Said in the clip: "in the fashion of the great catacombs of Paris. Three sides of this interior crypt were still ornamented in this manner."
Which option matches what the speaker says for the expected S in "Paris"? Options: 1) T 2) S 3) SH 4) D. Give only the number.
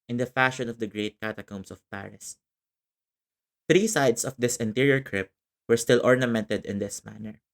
2